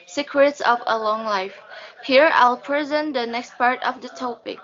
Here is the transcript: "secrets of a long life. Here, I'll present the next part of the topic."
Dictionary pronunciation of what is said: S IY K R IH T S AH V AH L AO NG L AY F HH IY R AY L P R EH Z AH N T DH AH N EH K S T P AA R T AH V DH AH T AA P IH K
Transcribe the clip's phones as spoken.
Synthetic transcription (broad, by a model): S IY K R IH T S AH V AH L AO NG L AY F HH IY R AY L P R EH Z AH N T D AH N EH K S T P AA R T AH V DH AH T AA P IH K